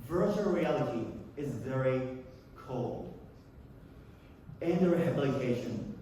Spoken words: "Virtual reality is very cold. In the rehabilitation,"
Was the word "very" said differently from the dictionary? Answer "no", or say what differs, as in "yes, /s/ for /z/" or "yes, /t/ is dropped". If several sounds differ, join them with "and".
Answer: no